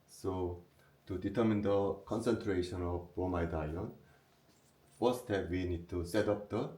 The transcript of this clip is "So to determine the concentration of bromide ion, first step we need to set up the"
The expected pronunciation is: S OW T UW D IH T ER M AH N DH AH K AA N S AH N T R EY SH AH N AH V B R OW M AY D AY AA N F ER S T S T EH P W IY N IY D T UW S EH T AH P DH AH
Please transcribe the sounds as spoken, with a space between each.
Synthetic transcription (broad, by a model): S OW T UW D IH T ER M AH N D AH K AA N S AH N T R EY SH AH N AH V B OW M AY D AY AA N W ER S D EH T W IY N IY D T UW S EH T AH P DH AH